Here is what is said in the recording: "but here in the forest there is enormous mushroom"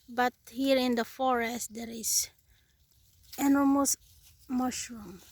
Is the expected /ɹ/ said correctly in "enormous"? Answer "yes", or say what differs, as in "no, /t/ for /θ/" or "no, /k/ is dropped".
no, /l/ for /ɹ/